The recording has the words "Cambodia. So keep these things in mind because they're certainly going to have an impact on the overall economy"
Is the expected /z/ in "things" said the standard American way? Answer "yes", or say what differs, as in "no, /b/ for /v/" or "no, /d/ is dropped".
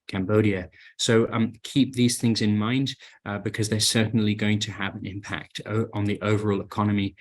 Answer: yes